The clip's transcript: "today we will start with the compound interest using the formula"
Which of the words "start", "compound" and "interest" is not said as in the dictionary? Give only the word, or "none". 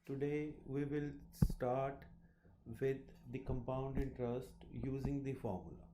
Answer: none